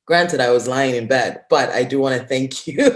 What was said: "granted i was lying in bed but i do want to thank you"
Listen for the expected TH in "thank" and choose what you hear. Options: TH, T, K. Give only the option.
TH